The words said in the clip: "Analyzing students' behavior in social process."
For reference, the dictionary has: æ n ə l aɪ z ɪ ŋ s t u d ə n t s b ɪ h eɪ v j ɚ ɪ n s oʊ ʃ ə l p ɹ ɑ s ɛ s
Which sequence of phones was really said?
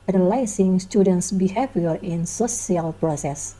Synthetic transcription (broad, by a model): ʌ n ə l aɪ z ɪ ŋ s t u d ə n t s b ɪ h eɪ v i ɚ ɪ n s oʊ s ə l p ɹ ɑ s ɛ s